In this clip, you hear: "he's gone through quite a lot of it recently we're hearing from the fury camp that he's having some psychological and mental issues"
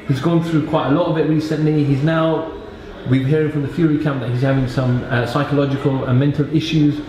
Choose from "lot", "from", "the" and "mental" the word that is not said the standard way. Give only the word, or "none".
none